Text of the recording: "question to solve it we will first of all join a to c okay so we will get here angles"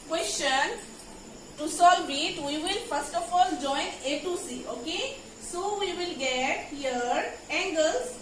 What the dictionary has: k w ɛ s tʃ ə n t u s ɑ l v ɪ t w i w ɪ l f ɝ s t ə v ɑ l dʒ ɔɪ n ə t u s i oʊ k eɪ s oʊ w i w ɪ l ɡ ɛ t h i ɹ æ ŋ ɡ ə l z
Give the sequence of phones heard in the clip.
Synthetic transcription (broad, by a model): k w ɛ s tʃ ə n t u s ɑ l b ɪ t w i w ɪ l f ɝ s t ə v ɑ l dʒ ɔɪ n ə t u s i oʊ k eɪ s oʊ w i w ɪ l ɡ ɛ t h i ɹ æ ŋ ɡ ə l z